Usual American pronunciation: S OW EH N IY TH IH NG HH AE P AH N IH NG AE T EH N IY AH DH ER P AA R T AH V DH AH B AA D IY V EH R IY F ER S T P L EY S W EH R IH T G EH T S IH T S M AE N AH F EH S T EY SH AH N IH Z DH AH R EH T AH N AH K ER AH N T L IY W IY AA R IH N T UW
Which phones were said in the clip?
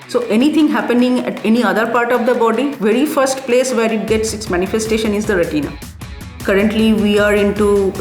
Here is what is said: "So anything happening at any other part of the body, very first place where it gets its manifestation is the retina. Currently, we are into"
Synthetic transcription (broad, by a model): S OW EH N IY T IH NG HH AE P AH N IH NG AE T EH N IY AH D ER P AA R T AH V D AH B AA D IY V EH R IY F ER S T P L EY S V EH R IH T G EH T S IH T S M AE N AH F EH S T EY SH AH N IH Z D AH R EH T AH N AH K ER AH N T L IY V IY AA R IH N T UW